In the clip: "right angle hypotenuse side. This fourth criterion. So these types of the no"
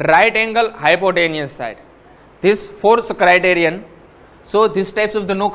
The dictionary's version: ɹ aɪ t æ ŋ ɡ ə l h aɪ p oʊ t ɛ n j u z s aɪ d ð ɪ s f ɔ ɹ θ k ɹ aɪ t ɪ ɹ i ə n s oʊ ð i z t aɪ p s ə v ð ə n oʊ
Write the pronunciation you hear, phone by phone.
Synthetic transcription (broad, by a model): ɹ aɪ t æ ŋ ɡ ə l h aɪ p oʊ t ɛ n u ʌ s aɪ d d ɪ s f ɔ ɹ s k ɹ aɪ t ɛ ɹ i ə n s oʊ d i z t aɪ p s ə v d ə n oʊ